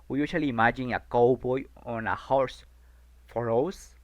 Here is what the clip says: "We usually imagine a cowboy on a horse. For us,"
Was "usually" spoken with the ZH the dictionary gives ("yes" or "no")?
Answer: no